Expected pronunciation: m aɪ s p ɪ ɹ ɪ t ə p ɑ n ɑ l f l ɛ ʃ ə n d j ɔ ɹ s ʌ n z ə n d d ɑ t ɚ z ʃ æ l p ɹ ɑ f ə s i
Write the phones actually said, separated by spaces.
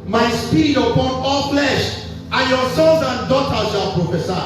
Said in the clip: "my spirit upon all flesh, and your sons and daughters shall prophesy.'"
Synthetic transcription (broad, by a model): m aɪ s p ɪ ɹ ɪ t ə p ɑ n ɑ l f l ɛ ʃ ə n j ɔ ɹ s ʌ z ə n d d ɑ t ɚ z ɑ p ɹ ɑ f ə s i